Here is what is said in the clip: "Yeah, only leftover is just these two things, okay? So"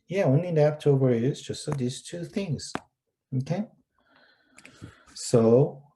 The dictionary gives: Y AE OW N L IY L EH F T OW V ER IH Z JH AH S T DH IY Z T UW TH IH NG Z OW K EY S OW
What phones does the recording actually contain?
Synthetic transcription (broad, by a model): Y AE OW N IY N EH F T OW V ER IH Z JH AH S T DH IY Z T UW TH IH NG Z OW K EY S OW